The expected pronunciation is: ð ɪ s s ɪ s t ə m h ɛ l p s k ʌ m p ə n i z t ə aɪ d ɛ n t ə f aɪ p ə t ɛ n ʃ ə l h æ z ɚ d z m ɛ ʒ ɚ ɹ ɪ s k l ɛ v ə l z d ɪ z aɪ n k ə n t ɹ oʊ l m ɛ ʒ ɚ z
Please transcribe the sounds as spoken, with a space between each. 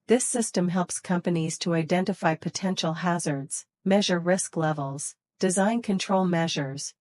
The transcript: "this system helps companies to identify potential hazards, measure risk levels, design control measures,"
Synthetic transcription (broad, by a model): ð ɪ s s ɪ s t ə m h ɛ l p s k ʌ m p ə n i z t ə aɪ d ɛ n t ə f aɪ p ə t ɛ n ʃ l h æ z ɚ d z m ɛ ʒ ɚ ɹ ɪ s k l ɛ v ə l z d ɪ z aɪ n k ə n t ɹ oʊ l m ɛ ʒ ɚ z